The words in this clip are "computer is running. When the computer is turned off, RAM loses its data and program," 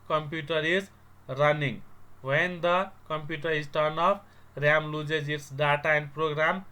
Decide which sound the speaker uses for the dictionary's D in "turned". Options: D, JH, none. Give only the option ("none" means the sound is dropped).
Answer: none